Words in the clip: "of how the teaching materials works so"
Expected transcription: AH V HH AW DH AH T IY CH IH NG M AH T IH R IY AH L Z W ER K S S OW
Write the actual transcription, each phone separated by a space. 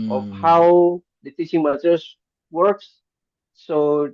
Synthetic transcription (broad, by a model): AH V HH AW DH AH T IY CH IH NG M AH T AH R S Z W ER K S S OW